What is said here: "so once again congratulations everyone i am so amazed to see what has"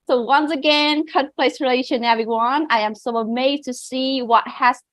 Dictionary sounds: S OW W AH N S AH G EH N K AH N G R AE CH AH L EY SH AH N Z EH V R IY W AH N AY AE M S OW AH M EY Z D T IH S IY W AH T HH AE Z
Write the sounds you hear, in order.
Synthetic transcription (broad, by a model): S OW W AH N S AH G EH N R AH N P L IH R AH L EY SH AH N EH V R IY W AH N AY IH M S OW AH M EY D T IH S IY W AH T HH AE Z